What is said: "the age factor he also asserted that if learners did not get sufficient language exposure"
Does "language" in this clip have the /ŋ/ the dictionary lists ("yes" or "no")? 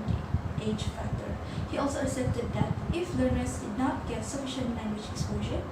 yes